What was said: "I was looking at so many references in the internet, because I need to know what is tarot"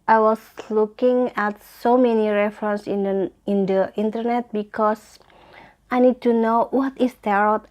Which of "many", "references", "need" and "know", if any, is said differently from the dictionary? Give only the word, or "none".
references